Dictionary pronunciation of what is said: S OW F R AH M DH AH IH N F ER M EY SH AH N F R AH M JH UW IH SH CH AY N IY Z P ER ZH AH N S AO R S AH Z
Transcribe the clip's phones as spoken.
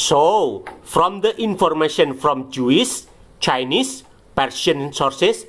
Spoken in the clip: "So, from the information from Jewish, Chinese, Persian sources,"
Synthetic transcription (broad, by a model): S OW F R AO M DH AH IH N F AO M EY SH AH N F R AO M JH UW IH S CH AY N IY S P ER SH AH N S AO R S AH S